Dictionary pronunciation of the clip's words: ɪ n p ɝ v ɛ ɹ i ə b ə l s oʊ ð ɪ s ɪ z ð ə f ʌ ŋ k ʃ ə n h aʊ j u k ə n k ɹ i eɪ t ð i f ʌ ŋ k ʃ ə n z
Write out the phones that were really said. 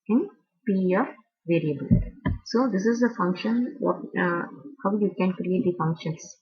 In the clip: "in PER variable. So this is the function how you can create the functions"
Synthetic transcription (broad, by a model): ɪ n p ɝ v ɛ ɹ i ə b ə l s oʊ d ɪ s ɪ z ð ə f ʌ ŋ k ʃ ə n h aʊ j u k ə n k ɹ i eɪ t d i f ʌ ŋ k ʃ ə n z